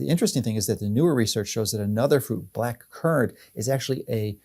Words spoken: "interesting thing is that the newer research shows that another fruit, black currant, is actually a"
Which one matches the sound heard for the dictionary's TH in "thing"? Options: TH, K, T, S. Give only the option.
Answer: TH